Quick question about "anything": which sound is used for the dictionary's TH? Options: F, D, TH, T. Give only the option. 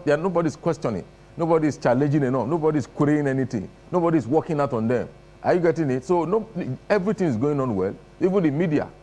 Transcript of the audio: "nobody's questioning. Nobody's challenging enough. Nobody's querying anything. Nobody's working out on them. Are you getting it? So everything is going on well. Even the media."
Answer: T